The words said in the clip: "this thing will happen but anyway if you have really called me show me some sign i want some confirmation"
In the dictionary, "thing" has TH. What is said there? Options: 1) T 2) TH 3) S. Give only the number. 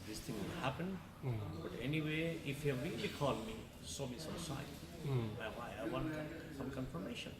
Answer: 1